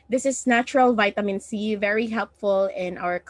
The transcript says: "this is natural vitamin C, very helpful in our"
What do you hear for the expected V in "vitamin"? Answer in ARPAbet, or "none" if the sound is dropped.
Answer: V